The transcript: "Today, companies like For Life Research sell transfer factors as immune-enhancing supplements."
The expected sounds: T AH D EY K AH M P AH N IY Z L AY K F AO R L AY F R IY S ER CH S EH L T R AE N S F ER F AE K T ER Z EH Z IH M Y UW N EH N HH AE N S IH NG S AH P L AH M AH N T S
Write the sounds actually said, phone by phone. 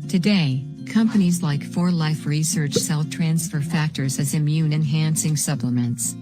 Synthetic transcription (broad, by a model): T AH D EY K AH M P AH N IY Z L AY K F AO R L AY F R IY S ER CH S EH L T R AE N S F ER F AE K T ER Z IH Z IH M Y UW N EH N HH AE N S IH NG S AH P L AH M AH N T S